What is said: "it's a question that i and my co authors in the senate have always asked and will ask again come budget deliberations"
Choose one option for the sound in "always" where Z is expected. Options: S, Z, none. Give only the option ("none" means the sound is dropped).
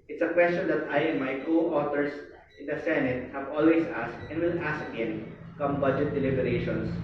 S